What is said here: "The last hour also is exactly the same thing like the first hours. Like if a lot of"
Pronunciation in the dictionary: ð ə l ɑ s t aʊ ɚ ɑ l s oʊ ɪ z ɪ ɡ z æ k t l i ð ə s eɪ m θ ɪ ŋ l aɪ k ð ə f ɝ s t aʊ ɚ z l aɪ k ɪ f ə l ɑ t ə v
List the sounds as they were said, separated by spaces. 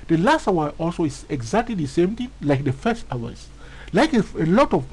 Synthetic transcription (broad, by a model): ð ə l ɑ s t aʊ ɚ ɑ l s oʊ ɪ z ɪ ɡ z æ k t l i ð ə s eɪ m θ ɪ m l aɪ k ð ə f ɝ s t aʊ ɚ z l aɪ k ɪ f ə l ɑ t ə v